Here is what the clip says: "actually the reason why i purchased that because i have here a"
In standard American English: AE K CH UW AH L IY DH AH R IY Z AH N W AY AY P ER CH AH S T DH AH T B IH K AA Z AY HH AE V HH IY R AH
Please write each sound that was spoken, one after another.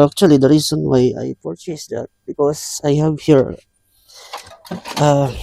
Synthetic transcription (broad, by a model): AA K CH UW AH L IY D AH R IY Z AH N W AY AY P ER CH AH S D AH T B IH K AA S AY HH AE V HH IY R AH